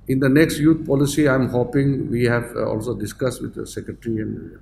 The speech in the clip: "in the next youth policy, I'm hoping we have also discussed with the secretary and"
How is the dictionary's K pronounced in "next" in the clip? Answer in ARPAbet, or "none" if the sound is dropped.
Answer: K